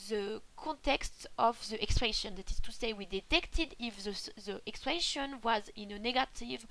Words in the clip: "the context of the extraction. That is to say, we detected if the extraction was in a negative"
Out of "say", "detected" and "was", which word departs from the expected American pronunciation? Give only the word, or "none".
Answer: none